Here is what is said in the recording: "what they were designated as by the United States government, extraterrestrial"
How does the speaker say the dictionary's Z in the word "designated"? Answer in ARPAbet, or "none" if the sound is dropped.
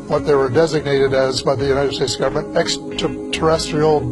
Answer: Z